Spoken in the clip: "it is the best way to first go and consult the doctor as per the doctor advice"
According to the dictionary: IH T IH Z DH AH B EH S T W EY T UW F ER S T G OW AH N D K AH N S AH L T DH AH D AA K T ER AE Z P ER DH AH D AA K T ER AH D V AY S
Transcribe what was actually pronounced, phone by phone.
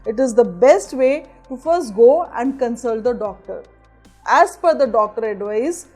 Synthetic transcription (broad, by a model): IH T IH Z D AH B EH S T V EY T UW F ER S T G OW AH N D K AH N S AH L T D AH D AA K T ER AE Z F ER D AH D AA K T ER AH D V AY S